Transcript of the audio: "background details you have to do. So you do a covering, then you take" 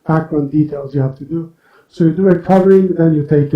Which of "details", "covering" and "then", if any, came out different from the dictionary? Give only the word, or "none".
none